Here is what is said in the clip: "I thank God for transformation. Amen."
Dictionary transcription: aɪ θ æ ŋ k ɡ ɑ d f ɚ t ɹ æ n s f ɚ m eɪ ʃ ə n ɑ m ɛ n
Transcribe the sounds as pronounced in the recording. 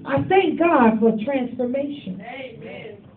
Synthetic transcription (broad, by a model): aɪ θ æ ŋ k ɡ ɑ d f ɚ t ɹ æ n s f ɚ m eɪ ə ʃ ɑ n